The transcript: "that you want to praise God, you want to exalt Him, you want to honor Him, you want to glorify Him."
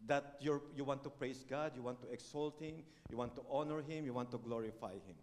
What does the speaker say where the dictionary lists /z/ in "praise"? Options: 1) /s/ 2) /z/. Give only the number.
1